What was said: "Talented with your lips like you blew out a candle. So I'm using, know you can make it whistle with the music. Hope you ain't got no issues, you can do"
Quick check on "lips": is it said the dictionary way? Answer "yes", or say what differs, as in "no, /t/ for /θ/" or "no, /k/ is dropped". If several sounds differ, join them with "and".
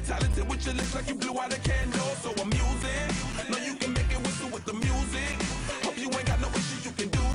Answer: no, /p/ is dropped